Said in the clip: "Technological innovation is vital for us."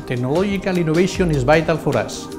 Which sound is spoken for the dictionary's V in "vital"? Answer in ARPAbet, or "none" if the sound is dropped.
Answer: B